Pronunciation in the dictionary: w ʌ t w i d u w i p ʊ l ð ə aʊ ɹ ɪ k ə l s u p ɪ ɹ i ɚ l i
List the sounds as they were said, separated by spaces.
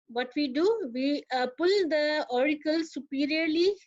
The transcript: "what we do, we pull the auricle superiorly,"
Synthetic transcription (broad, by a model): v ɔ t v i d u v i p ʊ l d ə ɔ ɹ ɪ k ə l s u p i ɹ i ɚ l i